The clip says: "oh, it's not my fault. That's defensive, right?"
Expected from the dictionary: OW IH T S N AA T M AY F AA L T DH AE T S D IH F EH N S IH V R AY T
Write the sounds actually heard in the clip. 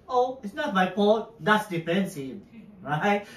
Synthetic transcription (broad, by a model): OW IH T S N AA T M AY P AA T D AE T S D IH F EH N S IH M R AY T